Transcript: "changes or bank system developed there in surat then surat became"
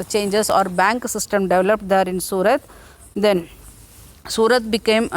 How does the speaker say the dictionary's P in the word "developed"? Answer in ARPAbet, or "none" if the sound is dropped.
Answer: P